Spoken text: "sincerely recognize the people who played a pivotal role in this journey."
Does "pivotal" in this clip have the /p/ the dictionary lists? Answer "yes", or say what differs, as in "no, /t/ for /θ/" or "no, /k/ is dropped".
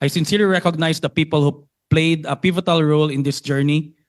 yes